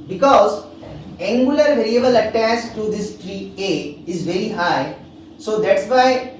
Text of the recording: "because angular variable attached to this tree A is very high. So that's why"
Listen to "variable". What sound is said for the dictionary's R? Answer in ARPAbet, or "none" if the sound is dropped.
R